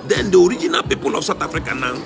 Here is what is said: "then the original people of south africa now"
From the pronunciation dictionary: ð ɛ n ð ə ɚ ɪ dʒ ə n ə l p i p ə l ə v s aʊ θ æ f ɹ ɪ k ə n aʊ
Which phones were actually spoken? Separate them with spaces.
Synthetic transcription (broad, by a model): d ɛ n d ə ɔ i dʒ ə n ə l p i p ə l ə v s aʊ t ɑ f ɹ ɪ k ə n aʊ